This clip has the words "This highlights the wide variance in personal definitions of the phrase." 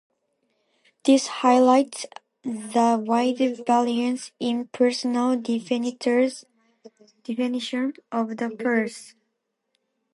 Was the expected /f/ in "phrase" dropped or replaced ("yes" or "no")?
yes